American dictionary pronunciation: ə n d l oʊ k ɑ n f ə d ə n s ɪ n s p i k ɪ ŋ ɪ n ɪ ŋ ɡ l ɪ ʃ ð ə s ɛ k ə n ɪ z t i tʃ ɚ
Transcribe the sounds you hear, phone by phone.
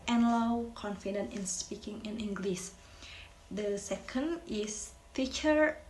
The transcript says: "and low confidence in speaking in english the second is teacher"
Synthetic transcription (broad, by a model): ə n l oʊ k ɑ n f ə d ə n ɪ n s p i k ɪ ŋ ɪ n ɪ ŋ ɡ l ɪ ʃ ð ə s ɛ k ə n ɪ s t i tʃ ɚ